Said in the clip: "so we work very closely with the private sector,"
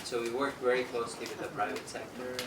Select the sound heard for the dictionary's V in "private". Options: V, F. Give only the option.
V